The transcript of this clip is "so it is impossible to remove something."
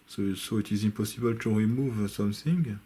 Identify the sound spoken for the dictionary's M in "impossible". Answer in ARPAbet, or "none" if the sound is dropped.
none